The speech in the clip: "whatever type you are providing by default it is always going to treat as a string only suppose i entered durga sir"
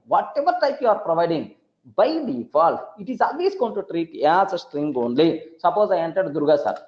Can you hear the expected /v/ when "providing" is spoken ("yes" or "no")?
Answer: yes